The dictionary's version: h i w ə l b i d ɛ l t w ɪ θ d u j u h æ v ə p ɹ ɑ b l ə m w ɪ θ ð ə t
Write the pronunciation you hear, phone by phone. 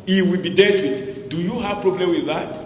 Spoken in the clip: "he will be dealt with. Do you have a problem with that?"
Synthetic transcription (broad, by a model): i w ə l b i d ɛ t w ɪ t d u j u h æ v p ɹ ɑ b l ə m w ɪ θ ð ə t